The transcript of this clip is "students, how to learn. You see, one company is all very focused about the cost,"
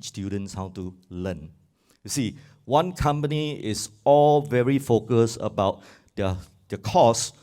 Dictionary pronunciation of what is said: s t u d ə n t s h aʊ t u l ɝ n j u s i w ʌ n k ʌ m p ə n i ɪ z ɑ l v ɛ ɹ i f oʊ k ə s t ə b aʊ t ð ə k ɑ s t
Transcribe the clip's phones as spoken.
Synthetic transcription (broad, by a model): s t u d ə n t s h aʊ t u l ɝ n j u s i w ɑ n k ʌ m p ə n i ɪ s ɑ l v ɛ ɹ i f oʊ k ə s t ə b aʊ t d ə k ɑ s